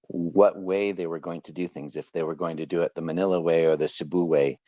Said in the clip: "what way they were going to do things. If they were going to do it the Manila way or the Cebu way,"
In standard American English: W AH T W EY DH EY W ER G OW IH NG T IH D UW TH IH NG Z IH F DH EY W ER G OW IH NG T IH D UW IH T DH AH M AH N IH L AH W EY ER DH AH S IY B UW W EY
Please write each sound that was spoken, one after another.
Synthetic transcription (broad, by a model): W AH T W EY DH EY W ER G OW IH NG T IH D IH TH IH NG Z IH F DH EY W ER G OW IH NG T IH D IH IH T DH AH M AH N IH L AH W EY ER DH AH S IY B UW W EY